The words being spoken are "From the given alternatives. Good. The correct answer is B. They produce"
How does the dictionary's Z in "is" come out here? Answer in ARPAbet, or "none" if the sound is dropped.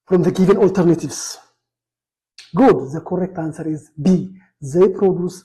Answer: Z